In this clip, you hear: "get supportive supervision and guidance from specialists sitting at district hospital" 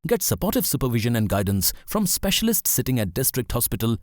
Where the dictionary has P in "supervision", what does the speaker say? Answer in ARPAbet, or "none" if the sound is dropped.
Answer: P